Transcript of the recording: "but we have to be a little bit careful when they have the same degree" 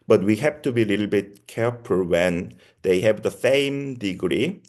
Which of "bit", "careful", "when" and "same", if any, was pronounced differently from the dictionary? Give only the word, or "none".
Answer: careful